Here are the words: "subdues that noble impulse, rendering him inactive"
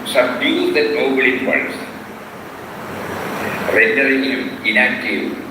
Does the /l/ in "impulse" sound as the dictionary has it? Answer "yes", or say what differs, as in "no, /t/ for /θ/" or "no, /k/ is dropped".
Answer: no, /l/ is dropped